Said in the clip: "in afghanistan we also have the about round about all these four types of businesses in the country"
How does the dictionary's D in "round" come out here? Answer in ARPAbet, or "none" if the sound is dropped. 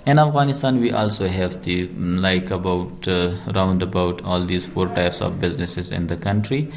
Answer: D